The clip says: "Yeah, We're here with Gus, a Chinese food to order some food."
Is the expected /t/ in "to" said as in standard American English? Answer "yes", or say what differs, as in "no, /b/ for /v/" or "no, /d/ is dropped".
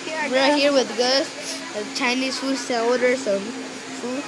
no, /s/ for /t/